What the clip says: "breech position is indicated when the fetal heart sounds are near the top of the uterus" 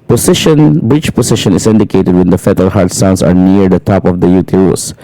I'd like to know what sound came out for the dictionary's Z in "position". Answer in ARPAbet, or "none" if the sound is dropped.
S